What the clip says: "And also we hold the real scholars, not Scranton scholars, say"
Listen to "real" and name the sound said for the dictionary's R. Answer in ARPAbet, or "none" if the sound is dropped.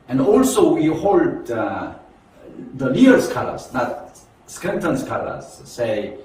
L